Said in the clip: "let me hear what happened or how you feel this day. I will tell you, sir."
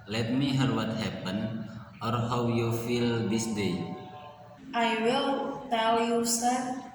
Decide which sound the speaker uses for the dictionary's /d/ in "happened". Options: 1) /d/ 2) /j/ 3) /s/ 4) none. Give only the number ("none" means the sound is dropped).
4